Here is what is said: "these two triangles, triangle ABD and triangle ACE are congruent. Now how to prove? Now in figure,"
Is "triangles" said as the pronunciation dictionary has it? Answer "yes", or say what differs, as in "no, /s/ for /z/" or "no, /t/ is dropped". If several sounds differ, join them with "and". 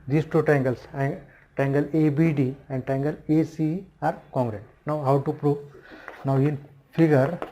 no, /ɹ/ is dropped and /s/ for /z/